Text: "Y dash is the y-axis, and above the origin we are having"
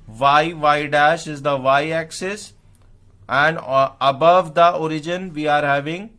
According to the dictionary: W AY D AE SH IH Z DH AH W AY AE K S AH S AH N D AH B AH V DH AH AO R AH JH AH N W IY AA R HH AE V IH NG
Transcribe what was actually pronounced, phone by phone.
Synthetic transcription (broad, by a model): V AY D AE SH IH Z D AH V AY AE K S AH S AH N D AH B AH V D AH AO R AH JH AH N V IY AA R HH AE V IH NG